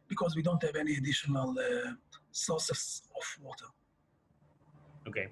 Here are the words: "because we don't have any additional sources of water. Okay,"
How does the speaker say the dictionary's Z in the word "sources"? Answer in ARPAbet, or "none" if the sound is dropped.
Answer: S